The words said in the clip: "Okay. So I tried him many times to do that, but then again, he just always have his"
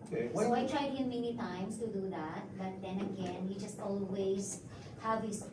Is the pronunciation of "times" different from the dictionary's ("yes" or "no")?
yes